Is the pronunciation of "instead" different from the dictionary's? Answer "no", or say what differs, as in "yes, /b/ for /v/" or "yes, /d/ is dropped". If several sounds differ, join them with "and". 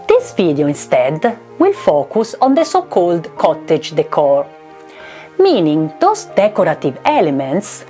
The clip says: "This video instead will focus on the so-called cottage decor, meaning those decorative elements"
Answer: no